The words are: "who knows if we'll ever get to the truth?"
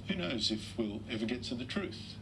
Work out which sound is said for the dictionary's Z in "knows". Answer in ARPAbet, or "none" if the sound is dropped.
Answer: Z